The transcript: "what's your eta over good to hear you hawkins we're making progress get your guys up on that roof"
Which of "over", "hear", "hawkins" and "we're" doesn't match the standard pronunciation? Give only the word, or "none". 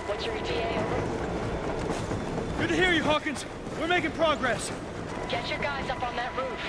over